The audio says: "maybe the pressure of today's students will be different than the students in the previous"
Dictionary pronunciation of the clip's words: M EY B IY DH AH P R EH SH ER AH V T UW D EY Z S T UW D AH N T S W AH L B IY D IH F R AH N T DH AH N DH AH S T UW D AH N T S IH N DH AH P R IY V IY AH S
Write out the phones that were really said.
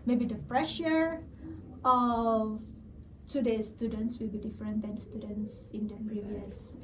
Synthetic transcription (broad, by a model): M EY B IY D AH P R EH SH ER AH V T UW D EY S S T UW D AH N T S W AH L B IY D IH F R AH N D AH N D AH S T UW D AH N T S IH N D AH P R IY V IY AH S